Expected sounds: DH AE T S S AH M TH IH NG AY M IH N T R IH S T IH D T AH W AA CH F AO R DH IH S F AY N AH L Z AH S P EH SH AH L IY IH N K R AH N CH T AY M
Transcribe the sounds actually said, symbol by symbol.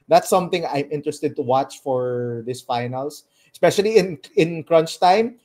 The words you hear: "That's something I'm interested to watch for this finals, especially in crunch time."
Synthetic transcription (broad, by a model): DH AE T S S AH M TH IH NG AY M IH N T R IH S T IH D T AH W AA CH F AO R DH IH S F AY N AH L S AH S P EH SH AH L IY IH N K R AH N CH T AY M